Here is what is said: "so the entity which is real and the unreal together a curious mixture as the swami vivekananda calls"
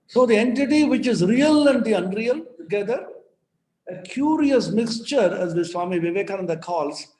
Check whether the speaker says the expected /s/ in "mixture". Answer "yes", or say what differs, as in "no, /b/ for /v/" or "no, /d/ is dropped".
yes